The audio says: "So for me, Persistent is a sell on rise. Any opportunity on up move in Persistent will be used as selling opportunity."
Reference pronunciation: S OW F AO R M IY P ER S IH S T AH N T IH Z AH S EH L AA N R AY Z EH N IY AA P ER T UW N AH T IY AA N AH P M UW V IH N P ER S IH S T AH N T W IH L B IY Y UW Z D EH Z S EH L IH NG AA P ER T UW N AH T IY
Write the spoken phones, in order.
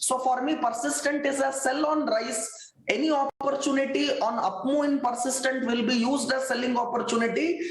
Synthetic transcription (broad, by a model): S OW F AO R M IY P ER S IH S T AH N T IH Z AH S EH L AA N R AY S EH N IY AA P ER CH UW N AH T IY AA N AH P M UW IH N P ER S IH S T AH N T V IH L B IY Y UW Z D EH S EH L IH NG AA P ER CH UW N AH T IY